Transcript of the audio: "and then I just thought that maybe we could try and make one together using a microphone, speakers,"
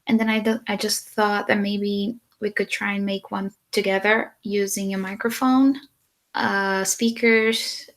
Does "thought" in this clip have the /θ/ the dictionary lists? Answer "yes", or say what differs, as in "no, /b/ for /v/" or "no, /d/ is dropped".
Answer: yes